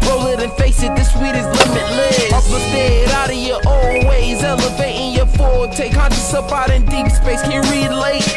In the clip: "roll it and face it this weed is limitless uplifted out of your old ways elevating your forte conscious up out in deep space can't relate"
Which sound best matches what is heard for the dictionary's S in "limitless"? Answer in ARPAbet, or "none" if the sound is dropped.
none